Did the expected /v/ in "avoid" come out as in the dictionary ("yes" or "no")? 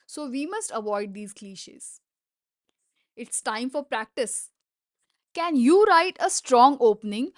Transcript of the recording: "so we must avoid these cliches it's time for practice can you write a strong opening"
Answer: yes